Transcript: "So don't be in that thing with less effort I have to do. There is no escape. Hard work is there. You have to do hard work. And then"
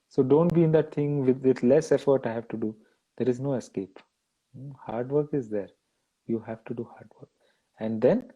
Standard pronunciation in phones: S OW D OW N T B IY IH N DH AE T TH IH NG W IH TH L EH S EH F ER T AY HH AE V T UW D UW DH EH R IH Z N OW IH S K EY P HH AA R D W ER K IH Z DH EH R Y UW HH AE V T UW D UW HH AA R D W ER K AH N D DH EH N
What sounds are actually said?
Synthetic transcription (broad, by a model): S OW D OW N T B IY IH N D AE T T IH NG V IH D L EH S EH F ER T AY HH AE V T UW D UW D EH R IH Z N OW IH S K EY P HH AA R D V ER K IH Z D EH R Y UW HH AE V T UW D UW HH AA R D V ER K AH N D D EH N